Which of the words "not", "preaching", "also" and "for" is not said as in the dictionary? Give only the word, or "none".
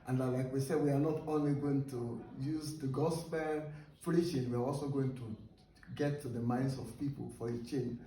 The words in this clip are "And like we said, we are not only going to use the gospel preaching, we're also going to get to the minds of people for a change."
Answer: preaching